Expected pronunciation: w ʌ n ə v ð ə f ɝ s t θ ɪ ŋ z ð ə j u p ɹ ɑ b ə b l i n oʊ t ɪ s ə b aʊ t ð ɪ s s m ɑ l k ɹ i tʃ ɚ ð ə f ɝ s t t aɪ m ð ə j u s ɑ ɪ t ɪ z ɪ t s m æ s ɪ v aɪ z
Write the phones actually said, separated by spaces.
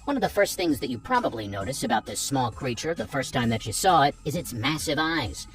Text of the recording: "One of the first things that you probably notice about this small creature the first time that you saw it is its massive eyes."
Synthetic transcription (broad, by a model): w ʌ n ə v ð ə f ɝ s t θ ɪ ŋ z ð ə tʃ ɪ p ɹ ɑ b ə b l i n oʊ t ɪ s ə b aʊ t ð ɪ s s m ɑ l k ɹ i tʃ ɚ ð ə f ɝ s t t aɪ m ð ə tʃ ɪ s ɑ ɪ t ɪ z ɪ t s m æ s ɪ v aɪ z